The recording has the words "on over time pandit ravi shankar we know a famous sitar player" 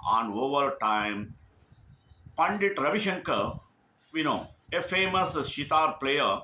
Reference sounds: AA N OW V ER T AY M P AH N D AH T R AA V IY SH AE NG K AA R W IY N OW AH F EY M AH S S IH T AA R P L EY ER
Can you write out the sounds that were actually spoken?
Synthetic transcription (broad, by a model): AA N OW V ER T AY M P AH N D AH T R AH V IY SH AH NG K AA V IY N OW AH F EY M AH S SH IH T AA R P L EY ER